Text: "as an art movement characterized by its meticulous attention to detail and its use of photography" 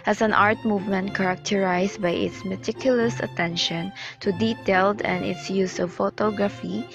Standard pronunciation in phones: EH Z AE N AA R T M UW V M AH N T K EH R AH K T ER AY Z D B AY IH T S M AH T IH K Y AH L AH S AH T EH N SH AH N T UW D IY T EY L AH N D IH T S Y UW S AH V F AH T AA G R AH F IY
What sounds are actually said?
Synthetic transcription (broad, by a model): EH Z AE N AA R T M UW V M AH N T K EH R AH K T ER AY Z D B AY IH T S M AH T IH K Y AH L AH S AH T EH N SH AH N T UW D IY T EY L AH N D IH T S Y UW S AH V F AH T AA G R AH F IY